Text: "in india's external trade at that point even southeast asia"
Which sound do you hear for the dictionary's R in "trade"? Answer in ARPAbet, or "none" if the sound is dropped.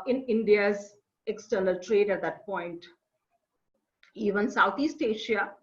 R